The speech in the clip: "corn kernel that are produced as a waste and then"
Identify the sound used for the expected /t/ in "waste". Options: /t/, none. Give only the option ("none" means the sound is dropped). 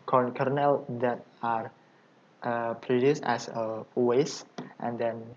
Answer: /t/